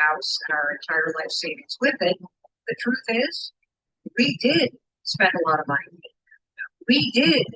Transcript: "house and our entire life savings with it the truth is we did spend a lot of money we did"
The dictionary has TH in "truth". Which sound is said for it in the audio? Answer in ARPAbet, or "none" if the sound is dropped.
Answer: TH